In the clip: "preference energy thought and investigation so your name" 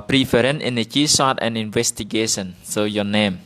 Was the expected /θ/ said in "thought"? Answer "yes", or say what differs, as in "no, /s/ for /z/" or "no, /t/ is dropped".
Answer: no, /s/ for /θ/